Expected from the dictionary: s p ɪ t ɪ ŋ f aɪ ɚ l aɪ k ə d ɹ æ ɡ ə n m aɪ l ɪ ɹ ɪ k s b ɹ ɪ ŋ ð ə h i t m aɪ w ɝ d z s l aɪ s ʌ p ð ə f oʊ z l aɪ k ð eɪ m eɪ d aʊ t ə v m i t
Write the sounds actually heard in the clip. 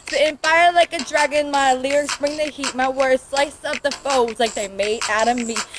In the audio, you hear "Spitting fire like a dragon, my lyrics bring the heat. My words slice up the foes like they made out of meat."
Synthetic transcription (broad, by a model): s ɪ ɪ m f aɪ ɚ l aɪ k ə d ɹ æ ɡ ə n m aɪ l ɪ ɪ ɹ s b ɹ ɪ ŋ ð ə h i t m aɪ w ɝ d s l aɪ s ʌ p ð ə f oʊ z l aɪ k ð eɪ m eɪ d aʊ t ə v m i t